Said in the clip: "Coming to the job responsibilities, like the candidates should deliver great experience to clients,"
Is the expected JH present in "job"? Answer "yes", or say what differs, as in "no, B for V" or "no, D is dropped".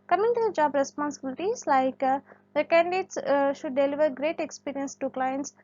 yes